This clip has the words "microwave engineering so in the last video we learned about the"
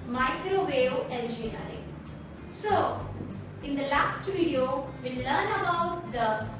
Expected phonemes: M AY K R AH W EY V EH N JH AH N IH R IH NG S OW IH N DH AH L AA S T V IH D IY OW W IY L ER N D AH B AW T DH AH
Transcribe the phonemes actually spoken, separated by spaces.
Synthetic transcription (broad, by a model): M AY K R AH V EY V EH L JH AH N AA IH S OW IH N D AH L AA S T V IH D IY OW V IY L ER N AH B AW T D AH